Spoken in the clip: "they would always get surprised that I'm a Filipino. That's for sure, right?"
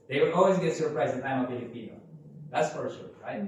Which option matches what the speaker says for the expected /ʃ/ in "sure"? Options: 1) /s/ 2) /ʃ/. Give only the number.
1